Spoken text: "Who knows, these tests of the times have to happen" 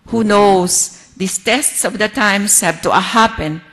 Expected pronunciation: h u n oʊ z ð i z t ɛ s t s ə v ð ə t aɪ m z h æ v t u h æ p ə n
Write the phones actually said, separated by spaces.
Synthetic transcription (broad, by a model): h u n oʊ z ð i s t ɛ s t s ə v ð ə t aɪ m s h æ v t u h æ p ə n